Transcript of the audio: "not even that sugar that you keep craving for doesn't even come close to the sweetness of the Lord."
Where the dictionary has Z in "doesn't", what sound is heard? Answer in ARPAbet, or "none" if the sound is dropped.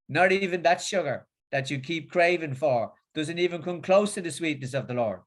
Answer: Z